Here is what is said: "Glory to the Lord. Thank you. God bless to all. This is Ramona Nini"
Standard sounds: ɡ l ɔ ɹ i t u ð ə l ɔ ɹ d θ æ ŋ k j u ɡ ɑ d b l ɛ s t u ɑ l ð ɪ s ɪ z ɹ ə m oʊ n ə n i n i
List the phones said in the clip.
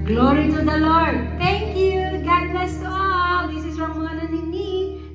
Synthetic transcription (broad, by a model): ɡ l ɔ ɹ i t u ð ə l ɔ ɹ d t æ ŋ k j u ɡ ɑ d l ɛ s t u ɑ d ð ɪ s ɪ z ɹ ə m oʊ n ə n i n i